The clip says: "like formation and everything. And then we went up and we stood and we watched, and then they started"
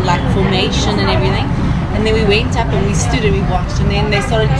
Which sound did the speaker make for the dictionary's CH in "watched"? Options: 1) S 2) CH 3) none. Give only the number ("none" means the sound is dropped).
2